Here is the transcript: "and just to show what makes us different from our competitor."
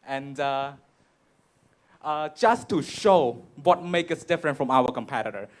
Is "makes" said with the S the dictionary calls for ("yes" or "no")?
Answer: no